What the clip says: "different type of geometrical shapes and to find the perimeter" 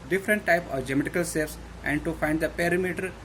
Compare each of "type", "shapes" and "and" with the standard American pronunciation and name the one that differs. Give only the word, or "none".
shapes